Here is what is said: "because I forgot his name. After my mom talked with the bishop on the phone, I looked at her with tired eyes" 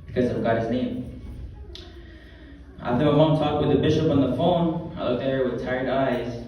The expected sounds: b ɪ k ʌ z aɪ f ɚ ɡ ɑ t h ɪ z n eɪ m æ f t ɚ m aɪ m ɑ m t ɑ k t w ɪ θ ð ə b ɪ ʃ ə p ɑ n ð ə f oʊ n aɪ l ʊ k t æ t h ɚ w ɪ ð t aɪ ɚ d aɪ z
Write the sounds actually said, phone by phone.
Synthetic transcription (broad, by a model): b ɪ k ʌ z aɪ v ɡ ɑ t h ɪ z n eɪ m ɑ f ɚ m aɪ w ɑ t ɑ k t w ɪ ð ə b ɪ ʃ ə p n ð ə f oʊ n aɪ l ʊ k t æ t h ɚ w ɪ ð t aɪ ɚ d aɪ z